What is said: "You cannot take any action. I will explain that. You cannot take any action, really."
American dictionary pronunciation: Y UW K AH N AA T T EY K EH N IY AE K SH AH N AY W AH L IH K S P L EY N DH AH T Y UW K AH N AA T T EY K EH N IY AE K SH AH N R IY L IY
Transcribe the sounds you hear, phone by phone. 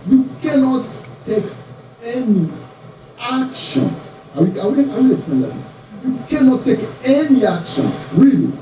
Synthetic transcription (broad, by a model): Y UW K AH N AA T T EY K EH N IY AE K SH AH N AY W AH W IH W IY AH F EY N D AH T Y UW K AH N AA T T EY K EH N IY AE K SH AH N R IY L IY